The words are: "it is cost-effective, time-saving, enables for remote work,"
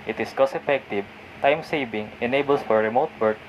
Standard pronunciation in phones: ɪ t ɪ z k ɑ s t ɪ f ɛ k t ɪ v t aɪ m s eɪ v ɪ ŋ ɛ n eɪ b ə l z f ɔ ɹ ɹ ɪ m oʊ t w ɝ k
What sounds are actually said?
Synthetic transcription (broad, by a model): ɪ t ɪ s k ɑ s ɪ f ɛ k t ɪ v t aɪ m s eɪ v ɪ ŋ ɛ n eɪ b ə l s f ɔ ɹ ɹ ɪ m oʊ t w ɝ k